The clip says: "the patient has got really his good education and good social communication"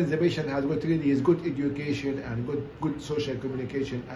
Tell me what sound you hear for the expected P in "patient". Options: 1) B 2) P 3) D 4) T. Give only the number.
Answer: 1